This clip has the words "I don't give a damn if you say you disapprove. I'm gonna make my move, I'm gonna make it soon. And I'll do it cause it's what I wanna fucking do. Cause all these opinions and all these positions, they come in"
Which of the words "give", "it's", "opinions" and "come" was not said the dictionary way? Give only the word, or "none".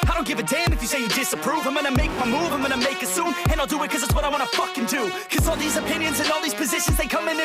none